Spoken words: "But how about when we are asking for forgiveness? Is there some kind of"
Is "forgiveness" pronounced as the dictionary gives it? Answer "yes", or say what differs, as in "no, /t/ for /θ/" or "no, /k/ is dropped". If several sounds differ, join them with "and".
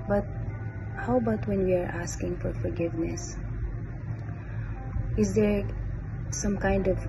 yes